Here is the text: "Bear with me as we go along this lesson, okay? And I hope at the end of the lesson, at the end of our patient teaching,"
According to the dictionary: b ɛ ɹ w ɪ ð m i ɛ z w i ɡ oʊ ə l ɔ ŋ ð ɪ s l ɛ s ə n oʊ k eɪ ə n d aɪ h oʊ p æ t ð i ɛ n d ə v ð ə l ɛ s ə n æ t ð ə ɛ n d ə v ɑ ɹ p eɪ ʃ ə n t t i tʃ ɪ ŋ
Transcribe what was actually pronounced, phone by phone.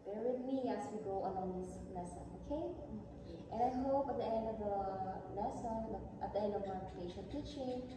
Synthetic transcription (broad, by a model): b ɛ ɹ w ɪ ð m i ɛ s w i ɡ oʊ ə n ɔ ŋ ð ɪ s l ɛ s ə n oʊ k eɪ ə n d aɪ h oʊ p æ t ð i ɛ n d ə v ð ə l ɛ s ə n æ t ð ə ɛ n d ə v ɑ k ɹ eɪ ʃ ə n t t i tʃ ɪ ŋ